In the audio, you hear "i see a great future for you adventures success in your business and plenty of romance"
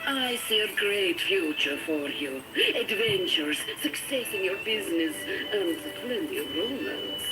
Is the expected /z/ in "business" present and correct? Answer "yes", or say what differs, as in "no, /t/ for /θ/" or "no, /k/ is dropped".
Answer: yes